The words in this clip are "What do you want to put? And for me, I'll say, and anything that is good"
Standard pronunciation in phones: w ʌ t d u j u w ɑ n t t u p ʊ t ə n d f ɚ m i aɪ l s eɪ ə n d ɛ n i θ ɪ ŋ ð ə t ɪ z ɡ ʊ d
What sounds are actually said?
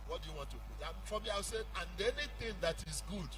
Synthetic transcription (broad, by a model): w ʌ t d u j u w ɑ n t t u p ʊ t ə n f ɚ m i aɪ w s eɪ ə n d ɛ n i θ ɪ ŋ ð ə t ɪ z ɡ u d